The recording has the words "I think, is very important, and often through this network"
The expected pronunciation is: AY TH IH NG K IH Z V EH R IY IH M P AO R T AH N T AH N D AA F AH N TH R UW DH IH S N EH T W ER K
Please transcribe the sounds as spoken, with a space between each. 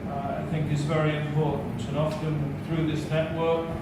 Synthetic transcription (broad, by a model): AY TH IH NG K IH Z V EH R IY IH M P AO R T N T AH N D AA F AH N TH R UW DH IH S N EH T W ER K